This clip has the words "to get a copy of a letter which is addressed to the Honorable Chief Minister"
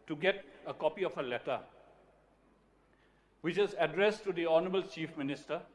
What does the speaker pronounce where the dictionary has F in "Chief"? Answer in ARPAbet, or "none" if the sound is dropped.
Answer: F